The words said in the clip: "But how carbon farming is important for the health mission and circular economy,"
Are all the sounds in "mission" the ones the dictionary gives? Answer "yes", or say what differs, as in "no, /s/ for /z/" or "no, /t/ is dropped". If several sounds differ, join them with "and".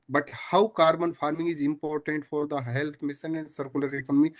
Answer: no, /s/ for /ʃ/